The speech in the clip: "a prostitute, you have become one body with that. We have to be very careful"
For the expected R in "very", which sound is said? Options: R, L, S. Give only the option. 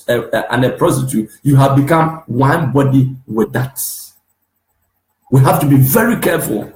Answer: R